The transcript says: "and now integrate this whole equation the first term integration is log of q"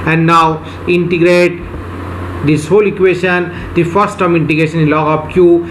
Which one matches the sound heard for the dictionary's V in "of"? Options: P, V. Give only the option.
P